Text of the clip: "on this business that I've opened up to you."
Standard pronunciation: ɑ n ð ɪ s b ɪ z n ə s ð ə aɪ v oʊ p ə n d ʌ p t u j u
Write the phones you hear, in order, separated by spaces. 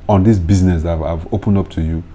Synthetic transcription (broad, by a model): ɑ n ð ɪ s b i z n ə s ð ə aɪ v oʊ p ə n d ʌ p t u j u